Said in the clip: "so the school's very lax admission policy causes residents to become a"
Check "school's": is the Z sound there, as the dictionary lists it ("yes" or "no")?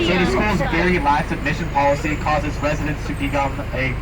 yes